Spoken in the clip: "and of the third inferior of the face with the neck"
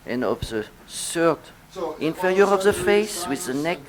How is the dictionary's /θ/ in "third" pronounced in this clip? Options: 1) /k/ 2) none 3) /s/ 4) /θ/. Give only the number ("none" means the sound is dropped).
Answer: 3